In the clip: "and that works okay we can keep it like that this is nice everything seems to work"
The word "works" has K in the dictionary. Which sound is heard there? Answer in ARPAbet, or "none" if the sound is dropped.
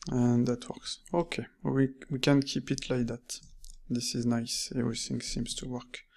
K